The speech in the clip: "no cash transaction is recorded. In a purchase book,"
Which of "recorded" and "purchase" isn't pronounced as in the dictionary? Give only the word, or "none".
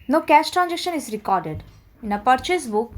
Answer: none